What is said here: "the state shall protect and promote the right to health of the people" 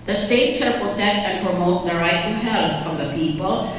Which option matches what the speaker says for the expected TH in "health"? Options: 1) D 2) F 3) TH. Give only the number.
2